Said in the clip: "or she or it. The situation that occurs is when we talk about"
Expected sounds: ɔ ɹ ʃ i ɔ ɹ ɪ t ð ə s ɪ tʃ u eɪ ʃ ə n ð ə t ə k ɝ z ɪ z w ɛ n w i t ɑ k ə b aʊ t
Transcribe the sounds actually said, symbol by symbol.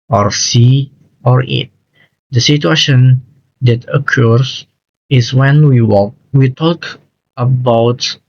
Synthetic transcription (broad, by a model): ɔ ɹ s i ɔ ɹ ɪ t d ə s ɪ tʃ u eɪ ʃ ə n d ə t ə k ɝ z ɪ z w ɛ n w i t ɑ k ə b aʊ t